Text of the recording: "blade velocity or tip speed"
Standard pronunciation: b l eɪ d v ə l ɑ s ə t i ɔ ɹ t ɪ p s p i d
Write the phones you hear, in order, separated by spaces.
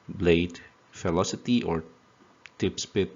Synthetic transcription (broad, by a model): b l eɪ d f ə l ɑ s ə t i ɔ ɹ t ɪ p s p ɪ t